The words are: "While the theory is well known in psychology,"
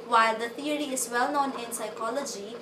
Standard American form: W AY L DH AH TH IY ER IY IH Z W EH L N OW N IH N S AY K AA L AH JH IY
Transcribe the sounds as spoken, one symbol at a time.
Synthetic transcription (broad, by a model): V AY L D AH T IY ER IY IH Z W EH L N OW N IH N S AY K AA L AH JH IY